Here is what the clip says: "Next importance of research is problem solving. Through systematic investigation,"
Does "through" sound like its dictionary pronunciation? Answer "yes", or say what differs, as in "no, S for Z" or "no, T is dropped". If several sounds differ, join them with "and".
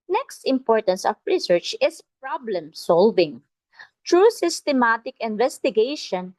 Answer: no, T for TH